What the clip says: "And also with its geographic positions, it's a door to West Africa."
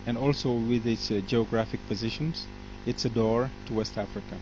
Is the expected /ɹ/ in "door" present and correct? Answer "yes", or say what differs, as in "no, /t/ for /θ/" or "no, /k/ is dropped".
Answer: yes